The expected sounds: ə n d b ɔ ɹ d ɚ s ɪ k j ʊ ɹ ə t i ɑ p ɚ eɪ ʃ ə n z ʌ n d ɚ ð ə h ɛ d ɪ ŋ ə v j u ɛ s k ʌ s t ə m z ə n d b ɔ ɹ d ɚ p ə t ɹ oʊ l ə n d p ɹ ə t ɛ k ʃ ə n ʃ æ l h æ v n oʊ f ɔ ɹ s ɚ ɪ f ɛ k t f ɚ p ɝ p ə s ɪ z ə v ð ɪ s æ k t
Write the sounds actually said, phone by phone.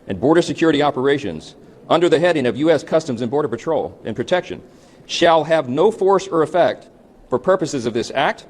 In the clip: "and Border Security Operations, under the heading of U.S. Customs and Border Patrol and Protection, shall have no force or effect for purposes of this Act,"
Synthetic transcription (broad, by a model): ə n b ɔ ɹ d ɚ s ɪ k j ʊ ɹ ə t i ɑ p ɚ eɪ ʃ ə n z ʌ n d ɚ ð ə h ɛ d ɪ ŋ ə v j u ɛ s k ʌ s t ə m z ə n b ɔ ɹ d ɚ p ə t ɹ oʊ l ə n p ɹ ə t ɛ k ʃ ə n ʃ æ l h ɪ v n oʊ f ɔ ɹ s ɚ ɪ f ɛ k t f ɚ p ɝ p ə s ɪ z ə v ð ɪ s æ k t